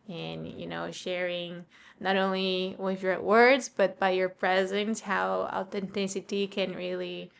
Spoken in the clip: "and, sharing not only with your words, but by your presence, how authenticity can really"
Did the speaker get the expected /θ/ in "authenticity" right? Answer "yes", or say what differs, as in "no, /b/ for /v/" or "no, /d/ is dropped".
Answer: no, /t/ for /θ/